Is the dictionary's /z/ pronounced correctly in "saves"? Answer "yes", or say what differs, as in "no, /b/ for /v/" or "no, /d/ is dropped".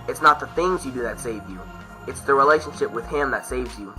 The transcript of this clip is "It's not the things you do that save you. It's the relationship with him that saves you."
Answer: yes